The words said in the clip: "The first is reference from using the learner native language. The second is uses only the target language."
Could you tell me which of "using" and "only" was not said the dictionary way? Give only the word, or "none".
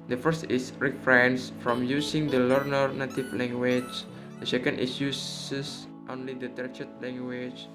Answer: using